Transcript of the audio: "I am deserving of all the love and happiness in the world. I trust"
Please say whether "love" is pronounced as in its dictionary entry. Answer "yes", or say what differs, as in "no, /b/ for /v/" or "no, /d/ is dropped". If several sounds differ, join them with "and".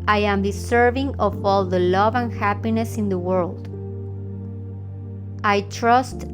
yes